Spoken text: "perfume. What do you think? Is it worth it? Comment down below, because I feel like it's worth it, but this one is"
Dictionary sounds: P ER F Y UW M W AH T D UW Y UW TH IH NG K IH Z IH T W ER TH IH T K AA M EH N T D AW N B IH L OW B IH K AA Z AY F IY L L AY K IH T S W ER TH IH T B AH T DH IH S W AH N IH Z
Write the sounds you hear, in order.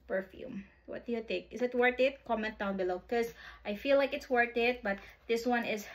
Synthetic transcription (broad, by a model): P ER F Y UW M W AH T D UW Y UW T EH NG K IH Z IH T W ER T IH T K AA M EH N T D AW N B IH L OW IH K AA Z AY F IY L L AY K IH T S W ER T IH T B AH T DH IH S W AH N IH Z